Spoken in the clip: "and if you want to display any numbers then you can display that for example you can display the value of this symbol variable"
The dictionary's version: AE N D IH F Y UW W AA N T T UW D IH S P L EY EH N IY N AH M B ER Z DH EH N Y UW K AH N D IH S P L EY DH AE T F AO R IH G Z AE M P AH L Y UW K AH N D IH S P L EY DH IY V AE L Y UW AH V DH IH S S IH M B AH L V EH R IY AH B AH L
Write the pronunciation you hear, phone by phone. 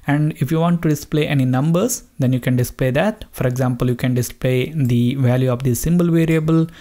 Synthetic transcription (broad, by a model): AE N D IH F Y UW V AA N T T UW D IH S P L EY EH N IY N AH M B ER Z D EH N Y UW K AH N D IH S P L EY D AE T F AO R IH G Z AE M P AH L Y UW K AH N D IH S P L EY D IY V AE L Y UW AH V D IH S S IH M B AH L V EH R IY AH B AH L